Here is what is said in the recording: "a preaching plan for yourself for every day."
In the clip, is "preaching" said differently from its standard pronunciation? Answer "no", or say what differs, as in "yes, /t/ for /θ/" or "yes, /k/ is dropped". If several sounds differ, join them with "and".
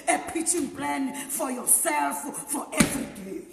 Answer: yes, /ɹ/ is dropped